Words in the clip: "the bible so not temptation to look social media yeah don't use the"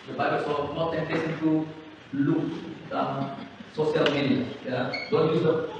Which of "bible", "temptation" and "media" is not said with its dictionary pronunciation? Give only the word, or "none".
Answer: temptation